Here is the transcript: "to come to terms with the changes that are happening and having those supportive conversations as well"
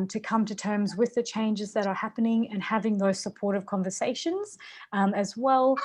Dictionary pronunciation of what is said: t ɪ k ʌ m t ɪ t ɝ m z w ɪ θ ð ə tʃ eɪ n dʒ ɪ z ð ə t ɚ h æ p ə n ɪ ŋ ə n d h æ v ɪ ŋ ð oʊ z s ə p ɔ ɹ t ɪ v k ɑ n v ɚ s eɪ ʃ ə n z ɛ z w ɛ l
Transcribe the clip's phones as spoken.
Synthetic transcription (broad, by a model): t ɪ k ʌ m t ɪ t ɝ m z w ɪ ð ə tʃ eɪ n dʒ ɪ z ð ə t ɚ h æ p ə n ɪ ŋ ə n h æ v ɪ ŋ ð oʊ z s ə p ɔ ɹ t ɪ v k ɑ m v ɚ s eɪ ʃ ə n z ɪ z w ɛ l